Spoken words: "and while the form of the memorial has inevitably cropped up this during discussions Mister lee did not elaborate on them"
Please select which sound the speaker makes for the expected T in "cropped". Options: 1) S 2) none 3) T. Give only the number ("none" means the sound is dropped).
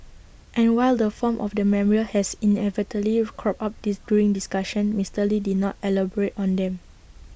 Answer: 2